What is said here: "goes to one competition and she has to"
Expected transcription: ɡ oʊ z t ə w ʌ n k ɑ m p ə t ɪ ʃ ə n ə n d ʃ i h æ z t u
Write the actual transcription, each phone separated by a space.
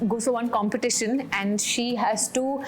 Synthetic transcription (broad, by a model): ɡ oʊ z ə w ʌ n k ɑ m p ə t ɪ ʃ ə n ə n d ʃ i h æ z t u